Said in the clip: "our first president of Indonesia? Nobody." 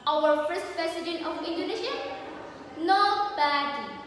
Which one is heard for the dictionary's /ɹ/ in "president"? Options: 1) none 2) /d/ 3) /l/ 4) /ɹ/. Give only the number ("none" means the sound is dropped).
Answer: 1